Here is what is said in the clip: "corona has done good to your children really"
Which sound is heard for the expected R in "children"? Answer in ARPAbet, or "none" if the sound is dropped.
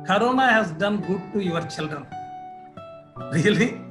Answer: none